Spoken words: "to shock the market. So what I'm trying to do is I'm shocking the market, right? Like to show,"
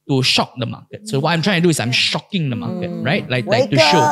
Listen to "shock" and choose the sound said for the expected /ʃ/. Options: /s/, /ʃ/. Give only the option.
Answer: /ʃ/